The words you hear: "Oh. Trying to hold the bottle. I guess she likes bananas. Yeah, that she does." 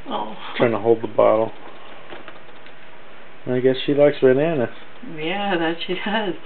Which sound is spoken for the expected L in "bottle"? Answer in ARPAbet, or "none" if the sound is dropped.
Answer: N